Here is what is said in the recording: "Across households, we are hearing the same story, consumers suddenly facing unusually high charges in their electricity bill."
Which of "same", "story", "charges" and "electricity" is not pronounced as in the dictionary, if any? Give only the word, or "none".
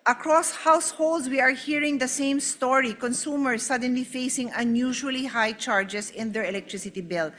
charges